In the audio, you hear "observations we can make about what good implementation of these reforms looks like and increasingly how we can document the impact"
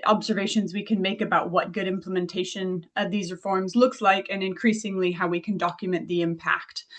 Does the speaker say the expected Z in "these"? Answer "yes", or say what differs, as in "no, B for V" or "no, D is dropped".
yes